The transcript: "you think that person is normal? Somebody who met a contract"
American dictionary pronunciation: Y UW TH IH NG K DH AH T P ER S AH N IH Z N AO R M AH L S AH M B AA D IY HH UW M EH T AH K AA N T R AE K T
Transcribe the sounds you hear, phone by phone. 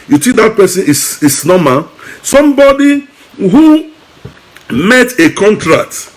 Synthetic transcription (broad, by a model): Y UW S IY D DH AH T P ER S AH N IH S N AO M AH S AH M B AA D IY HH UW M EH T AH K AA N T R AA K T